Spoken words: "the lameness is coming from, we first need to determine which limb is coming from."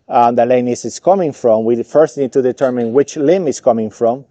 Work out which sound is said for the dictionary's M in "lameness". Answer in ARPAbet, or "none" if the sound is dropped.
none